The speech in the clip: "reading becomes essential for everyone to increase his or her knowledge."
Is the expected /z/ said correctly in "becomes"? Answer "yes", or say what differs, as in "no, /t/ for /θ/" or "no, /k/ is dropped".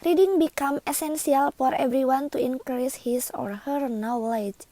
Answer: no, /z/ is dropped